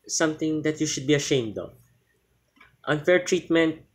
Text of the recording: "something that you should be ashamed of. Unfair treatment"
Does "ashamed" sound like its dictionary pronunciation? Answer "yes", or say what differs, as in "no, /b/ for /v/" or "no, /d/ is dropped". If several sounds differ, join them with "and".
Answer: yes